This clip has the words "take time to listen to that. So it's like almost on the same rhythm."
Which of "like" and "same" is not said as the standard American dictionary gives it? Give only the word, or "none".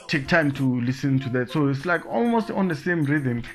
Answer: none